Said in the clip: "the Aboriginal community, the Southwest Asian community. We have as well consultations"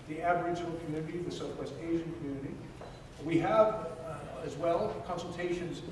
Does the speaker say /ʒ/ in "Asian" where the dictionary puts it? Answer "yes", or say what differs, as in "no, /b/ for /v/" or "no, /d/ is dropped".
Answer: yes